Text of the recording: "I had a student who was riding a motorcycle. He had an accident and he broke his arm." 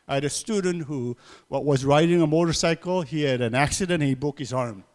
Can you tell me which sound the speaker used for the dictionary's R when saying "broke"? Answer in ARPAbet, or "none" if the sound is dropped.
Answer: none